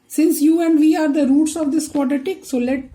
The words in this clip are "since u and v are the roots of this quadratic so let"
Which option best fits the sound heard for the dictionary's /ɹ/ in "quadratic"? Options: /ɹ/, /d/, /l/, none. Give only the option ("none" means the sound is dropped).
none